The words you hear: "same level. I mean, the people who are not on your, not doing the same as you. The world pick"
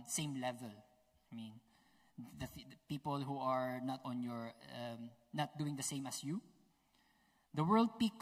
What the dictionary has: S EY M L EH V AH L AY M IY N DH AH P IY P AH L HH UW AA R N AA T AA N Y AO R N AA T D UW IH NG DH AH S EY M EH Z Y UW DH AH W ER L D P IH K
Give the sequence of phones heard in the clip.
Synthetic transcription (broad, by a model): S EY M L EH V AH L AY M IY N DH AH P IY P AH L HH UW AA R N AA T AA N Y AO R N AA T D UW IH NG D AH S EY M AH S Y UW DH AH W ER L D P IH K